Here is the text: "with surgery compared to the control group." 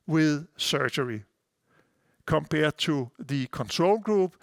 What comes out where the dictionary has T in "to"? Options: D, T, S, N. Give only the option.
S